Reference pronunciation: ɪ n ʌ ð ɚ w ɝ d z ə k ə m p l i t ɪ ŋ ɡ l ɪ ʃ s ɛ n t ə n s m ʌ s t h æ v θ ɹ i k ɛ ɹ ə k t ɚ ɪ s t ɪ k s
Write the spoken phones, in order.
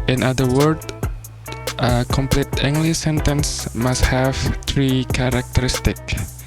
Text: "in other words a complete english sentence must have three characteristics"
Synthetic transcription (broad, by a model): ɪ n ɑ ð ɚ w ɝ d ə k ə m p l i t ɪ ŋ ɡ l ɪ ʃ s ɛ n t ə n s m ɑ s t h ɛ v t ɹ i k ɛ ɹ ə k t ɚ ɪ s t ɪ k